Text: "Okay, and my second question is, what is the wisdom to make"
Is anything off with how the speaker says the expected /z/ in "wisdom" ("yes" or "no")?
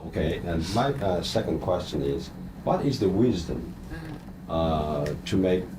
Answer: no